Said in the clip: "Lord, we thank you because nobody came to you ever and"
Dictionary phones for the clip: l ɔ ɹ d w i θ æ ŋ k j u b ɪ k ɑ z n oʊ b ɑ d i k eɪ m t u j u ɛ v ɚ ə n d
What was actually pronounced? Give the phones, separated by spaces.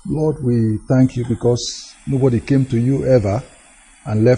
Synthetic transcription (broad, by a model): l ɔ d w i θ æ ŋ k j u b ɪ k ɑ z n oʊ b ɑ d i k eɪ m t u j u ɛ v ɚ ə n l